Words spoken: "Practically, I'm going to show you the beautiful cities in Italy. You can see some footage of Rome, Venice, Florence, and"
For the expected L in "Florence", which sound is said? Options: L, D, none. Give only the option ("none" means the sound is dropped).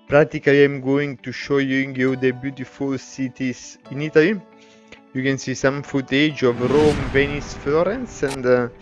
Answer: L